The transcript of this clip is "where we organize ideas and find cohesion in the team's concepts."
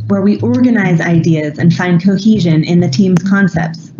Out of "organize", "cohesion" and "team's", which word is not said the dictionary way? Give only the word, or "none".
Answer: none